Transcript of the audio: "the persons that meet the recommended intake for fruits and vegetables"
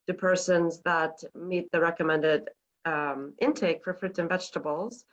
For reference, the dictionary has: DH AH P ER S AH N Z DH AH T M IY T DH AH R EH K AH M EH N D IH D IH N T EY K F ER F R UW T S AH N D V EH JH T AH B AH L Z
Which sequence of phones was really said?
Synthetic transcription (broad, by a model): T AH P ER S AH N Z DH AH T M IY T DH AH R EH K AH M EH N D IH D IH N T EY K F ER F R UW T AH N V EH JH T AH B L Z